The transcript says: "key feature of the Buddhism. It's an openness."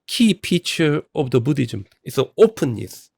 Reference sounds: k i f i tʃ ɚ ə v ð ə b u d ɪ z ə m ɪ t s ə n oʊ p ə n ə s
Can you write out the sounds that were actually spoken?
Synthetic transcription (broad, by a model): k i p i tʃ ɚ ə v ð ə b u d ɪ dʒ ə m ɪ t s ə n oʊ p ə n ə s